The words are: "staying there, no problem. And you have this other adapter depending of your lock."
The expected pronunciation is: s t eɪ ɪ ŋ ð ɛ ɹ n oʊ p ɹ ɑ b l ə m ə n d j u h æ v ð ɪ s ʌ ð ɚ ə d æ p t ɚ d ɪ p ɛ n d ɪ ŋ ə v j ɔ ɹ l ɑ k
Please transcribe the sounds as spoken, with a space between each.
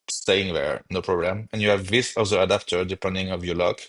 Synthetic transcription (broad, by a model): s t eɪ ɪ ŋ ð ɛ ɹ n oʊ p ɹ ɑ b l ə m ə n j u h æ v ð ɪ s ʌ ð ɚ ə d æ p t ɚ d ɪ p ɛ n d ɪ ŋ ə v j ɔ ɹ l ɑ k